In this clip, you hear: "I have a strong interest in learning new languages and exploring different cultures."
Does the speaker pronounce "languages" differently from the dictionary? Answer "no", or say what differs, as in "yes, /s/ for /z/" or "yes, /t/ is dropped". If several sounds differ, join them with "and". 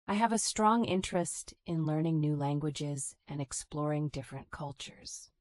no